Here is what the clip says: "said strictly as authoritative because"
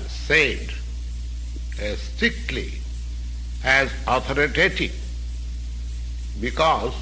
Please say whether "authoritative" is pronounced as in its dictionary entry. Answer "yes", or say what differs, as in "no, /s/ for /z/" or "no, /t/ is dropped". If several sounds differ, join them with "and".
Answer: no, /t/ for /θ/